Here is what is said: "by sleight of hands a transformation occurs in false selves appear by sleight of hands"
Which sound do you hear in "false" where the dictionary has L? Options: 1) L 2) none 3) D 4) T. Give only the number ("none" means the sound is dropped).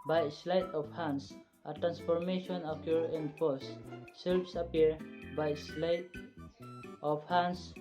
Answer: 2